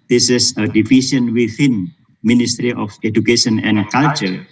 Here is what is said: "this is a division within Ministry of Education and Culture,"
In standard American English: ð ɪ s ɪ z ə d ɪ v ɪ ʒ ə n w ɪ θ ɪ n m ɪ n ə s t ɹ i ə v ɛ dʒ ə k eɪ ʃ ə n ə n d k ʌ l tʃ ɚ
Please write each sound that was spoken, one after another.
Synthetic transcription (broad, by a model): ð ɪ s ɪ s ə d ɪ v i s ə n w ɪ θ ɪ n m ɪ n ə s t ɹ i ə f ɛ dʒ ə k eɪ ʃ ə n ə n k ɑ l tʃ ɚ